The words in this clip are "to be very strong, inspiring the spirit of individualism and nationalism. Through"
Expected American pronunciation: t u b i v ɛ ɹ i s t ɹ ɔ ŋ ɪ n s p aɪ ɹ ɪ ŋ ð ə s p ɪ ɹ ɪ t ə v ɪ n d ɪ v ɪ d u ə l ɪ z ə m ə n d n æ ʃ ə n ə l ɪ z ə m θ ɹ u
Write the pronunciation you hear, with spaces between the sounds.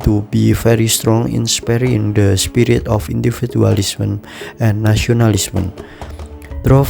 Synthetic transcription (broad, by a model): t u b i f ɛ ɹ i s t ɹ ɔ ŋ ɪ n s p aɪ ɹ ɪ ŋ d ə s p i ɹ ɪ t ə f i n d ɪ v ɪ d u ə l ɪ s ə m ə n n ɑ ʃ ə n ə l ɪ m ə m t ɹ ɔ